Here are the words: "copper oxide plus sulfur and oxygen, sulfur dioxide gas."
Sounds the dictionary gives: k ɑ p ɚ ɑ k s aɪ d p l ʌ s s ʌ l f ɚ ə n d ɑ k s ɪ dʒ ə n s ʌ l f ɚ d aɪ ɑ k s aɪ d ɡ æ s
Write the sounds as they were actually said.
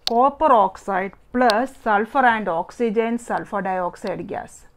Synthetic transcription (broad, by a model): k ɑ p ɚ ɑ k s aɪ d p l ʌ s s ʌ l f ɚ ə n d ɑ k s ɪ dʒ ə n s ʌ l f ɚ d aɪ ɑ k s aɪ d ɡ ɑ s